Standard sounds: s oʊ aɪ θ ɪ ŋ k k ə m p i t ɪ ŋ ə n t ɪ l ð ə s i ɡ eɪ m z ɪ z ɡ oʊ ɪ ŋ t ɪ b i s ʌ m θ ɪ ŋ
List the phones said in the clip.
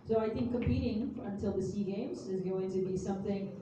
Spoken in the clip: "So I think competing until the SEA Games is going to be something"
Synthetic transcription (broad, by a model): s oʊ aɪ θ ɪ ŋ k k ə m p i t ɪ ŋ ə n t ɪ l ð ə s i ɡ eɪ m z ɪ z ɡ oʊ ɪ ŋ t ɪ b i s ʌ m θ ɪ ŋ